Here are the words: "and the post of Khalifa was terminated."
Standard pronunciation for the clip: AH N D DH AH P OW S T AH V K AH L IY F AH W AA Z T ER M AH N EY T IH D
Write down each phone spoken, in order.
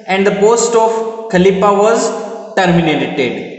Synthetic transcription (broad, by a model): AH N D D AH P OW S T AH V K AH L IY P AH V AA Z T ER M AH N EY T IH D